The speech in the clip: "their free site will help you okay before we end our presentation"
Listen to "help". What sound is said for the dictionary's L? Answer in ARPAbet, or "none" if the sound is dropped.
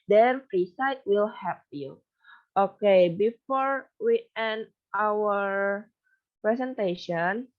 none